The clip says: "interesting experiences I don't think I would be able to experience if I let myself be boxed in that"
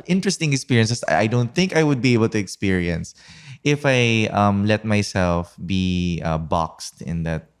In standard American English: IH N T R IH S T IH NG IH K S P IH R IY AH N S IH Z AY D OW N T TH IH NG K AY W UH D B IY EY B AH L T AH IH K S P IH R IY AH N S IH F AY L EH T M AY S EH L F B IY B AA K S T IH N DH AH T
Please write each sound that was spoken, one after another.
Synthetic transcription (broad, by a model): IH N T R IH S T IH NG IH K S P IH R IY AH N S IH S AY D OW N T TH IH NG K AY W UH D B IY EY B AH L T AH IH K S P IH R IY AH N S IH F AY L EH T M AY S EH L F B IY B AA K S T IH N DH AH T